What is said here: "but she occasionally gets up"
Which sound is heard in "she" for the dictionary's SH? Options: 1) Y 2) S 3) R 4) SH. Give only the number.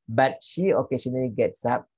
4